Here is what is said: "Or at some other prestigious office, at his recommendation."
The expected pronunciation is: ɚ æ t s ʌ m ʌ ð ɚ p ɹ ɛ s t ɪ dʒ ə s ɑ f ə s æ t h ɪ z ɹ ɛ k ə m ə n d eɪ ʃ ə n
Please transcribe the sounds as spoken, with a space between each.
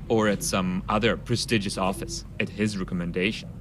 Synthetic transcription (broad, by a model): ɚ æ t s ʌ m ʌ ð ɚ p ɹ ɛ s t ɪ dʒ ə s ɑ f ə s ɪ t h ɪ z ɹ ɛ k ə m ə n d eɪ ʃ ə n